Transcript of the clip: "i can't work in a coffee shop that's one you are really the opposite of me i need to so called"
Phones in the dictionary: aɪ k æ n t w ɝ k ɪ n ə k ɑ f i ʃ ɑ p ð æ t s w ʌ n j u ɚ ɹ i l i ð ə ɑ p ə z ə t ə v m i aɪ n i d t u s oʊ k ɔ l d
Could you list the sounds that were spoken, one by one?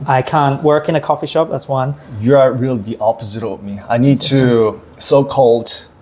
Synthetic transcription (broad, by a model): aɪ k æ n t w ɝ k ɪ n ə k ɑ f i ʃ ɑ p ð æ t s w ʌ n j u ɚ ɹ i l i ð ɑ p ə z ə t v m i aɪ n i d t u s oʊ k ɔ l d